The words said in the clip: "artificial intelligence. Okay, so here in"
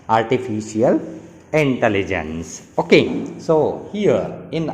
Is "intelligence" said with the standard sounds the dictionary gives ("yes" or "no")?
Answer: yes